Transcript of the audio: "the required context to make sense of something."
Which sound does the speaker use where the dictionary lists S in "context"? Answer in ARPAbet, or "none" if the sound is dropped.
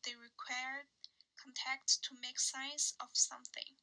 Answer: none